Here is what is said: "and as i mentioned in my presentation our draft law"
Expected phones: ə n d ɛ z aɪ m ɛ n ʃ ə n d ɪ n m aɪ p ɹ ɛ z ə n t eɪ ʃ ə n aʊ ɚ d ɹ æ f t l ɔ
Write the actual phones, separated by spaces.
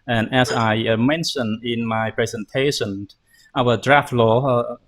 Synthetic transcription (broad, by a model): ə n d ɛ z aɪ m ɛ n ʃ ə n ɪ n m aɪ p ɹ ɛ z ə n t eɪ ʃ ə n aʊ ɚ d ɹ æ f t l ɔ